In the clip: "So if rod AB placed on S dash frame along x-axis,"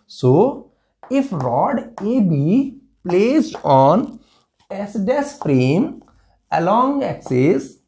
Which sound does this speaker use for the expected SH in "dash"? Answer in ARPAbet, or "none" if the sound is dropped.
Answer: S